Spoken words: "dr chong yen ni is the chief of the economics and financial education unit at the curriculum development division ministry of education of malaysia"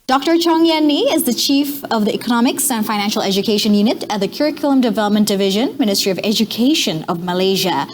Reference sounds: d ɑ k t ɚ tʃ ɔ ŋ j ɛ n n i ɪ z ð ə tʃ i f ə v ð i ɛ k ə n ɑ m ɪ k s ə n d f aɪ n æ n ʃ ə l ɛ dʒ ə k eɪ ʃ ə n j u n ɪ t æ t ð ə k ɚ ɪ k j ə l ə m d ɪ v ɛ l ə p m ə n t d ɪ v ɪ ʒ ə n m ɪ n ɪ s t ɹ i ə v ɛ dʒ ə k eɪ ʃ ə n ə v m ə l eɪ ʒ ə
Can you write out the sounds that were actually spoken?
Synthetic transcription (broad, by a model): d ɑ k t ɚ tʃ ɔ ŋ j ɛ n n i ɪ z ð ə tʃ i f ə v ð i ɛ k ə n ɑ m ɪ k s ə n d f aɪ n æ n ʃ l ɛ dʒ ə k eɪ ʃ ə n j u n ɪ t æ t ð ə k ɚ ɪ k j l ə m d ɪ v ɛ l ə p m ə n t d ɪ v ɪ ʒ ə n m ɪ n ɪ s t ɹ i ə v ɛ dʒ ə k eɪ ʃ ə n ə v m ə l eɪ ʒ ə